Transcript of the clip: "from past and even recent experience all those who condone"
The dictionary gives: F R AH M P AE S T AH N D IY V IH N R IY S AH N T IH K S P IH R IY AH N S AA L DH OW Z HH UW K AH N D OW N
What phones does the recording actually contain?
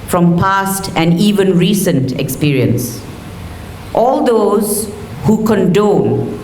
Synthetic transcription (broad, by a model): F R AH M P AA S T AH N D IY V IH N R IY S AH N T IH K S P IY R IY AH N S AA L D OW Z HH UW K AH N D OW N